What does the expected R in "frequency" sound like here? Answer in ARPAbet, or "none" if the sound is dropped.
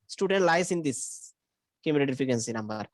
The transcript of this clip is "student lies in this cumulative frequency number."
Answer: none